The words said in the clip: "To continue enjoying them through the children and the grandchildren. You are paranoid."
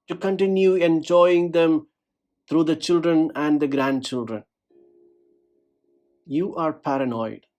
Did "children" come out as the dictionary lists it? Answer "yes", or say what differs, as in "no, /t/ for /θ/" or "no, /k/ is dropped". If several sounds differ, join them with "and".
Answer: yes